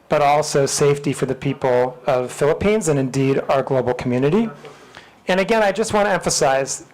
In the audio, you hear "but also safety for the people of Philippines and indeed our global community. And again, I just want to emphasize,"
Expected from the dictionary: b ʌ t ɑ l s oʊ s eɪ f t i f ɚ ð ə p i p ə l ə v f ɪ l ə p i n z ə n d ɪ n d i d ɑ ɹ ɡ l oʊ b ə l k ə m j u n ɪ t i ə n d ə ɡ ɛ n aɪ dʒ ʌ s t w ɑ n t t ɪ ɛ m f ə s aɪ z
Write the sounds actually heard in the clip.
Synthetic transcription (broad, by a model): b ʌ t ɑ l s oʊ s eɪ f t i f ɚ ð ə p i p l ə v f ɪ l ə p i n z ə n ɪ n d i d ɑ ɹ ɡ l oʊ b l k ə m j u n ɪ t i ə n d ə ɡ ɛ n aɪ dʒ ʌ s t w ɑ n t t ɪ ɛ m f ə s aɪ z